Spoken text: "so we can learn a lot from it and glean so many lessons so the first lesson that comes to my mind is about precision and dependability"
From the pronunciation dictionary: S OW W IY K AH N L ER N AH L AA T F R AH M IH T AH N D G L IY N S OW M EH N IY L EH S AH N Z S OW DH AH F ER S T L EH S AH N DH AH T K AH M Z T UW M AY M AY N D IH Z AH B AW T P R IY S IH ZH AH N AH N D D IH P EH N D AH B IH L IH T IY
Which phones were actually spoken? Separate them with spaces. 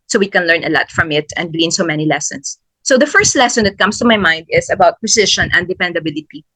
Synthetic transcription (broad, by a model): S OW W IY K AH N L ER N AH L AA T F R AH M IH T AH N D G L IY N S OW M EH N IY L EH S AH N S OW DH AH F ER S T L EH S AH N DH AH T K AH M S T UW M AY M AY N D IH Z AH B AW T P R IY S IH SH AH N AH N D D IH P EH N D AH B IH L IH T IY